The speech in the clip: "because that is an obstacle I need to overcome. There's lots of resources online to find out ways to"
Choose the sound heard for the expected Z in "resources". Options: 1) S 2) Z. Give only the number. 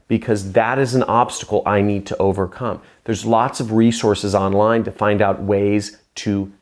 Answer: 2